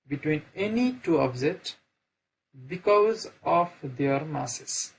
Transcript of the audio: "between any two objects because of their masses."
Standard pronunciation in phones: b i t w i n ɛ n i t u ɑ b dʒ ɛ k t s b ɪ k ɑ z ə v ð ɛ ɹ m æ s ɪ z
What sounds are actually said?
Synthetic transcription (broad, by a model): b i t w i n ɛ n i t u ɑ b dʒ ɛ t b ɪ k ɑ z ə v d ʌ ɹ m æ s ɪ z